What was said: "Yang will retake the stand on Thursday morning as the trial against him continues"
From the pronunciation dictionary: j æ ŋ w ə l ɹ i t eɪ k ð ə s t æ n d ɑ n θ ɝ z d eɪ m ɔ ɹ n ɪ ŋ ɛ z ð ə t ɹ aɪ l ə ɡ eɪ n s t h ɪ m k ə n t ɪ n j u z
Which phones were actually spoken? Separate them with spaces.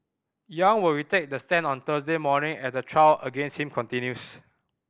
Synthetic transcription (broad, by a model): j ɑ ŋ w ə l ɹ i t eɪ k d ə s t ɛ n ɑ n t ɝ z d eɪ m ɔ n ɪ ŋ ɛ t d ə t ɹ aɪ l ə ɡ eɪ n s t h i m k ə n t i n j u s